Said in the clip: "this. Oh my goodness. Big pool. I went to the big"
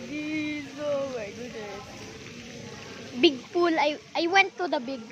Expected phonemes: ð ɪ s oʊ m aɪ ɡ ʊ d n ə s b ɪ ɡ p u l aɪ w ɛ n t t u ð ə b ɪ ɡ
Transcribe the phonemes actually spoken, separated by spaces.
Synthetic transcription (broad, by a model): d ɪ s oʊ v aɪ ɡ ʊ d ə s b ɪ ɡ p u l aɪ w ɛ n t t u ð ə b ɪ ɡ